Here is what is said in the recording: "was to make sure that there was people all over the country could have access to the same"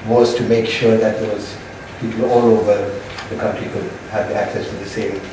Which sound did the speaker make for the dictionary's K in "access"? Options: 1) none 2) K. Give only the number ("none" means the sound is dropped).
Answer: 2